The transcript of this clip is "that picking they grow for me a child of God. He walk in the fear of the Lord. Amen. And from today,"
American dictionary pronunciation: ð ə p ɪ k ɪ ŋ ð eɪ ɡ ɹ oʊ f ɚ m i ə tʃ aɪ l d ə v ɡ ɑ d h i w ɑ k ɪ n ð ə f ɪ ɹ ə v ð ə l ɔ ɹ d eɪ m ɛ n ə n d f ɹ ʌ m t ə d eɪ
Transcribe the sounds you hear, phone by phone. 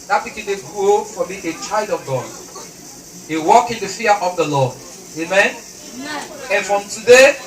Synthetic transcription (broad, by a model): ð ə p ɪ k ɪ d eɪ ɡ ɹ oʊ f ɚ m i ə tʃ aɪ l d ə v ɡ ɑ d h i w ɑ k ɪ n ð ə f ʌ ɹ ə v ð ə l ɔ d eɪ m ɛ n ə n f ɹ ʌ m t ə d eɪ